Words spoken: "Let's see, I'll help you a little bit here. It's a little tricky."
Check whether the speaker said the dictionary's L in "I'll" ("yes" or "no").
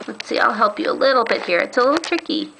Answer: yes